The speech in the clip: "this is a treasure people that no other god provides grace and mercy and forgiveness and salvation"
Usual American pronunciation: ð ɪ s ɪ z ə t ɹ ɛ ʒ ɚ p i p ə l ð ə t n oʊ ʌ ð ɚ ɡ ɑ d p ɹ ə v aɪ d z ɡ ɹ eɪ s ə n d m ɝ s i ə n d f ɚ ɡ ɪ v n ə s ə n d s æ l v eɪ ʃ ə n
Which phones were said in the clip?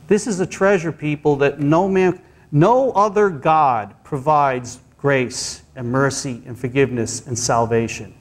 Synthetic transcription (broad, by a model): ð ɪ s ɪ z ə t ɹ ɛ ʒ ɚ p i p l ð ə t n oʊ ʌ ð ɚ ɡ ɑ d p ɹ ə v aɪ d z ɡ ɹ eɪ s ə n m ɝ s i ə n f ɚ ɡ ɪ v n ə s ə n s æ l v eɪ ʃ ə n